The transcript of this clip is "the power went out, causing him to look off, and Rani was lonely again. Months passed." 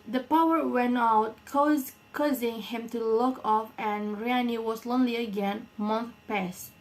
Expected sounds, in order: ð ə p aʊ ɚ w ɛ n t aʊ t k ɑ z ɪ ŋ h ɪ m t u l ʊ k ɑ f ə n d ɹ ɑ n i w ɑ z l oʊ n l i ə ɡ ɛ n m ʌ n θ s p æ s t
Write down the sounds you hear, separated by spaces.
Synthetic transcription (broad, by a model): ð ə p aʊ ɚ w ɛ n t aʊ t k ɑ z ɪ ŋ h ɪ m t u l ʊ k ɑ f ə n ɹ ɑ n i w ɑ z l oʊ n l i ə ɡ ɛ n m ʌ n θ p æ s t